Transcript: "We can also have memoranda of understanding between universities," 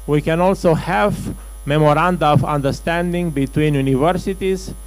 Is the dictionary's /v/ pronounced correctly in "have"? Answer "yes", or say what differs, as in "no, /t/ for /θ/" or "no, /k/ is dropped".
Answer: yes